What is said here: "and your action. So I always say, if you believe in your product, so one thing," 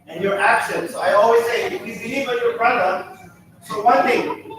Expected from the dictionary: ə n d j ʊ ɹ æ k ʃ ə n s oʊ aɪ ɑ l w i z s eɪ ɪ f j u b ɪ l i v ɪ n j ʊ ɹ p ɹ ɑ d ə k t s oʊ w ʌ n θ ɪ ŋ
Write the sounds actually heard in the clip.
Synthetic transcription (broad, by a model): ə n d j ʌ ɹ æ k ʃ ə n s oʊ aɪ ɑ l w i z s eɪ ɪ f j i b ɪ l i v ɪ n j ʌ ɹ b ɹ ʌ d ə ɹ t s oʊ w ʌ n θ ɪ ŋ